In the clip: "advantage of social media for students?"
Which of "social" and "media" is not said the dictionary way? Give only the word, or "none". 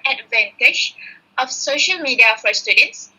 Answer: none